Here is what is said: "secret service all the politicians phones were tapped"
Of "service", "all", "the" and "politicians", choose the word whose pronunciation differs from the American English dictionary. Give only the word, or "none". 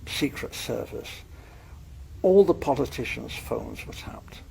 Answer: none